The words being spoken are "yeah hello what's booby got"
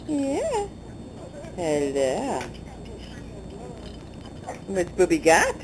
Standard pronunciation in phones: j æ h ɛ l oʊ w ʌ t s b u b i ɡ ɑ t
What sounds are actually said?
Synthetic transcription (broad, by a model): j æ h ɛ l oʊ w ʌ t b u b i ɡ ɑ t